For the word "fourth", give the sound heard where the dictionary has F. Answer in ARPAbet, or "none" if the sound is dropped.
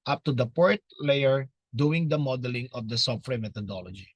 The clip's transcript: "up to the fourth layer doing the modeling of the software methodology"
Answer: P